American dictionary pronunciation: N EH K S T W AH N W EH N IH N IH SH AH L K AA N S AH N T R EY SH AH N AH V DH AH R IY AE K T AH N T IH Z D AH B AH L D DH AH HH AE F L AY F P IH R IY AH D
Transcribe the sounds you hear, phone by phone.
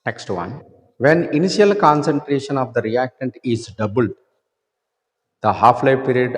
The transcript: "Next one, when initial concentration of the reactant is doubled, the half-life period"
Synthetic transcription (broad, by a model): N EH K S T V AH N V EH N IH N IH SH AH L K AA N S AH N T R EY SH AH N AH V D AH R IY AE K T AH N T IH Z D AH B AH L D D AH HH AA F L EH P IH R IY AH D